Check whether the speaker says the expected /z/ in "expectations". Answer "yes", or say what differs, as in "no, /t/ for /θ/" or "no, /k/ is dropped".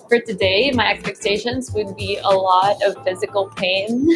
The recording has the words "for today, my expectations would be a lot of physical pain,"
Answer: yes